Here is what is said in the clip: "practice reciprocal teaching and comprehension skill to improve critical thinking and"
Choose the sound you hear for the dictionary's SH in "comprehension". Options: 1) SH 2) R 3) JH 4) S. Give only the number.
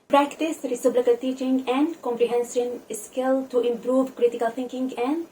4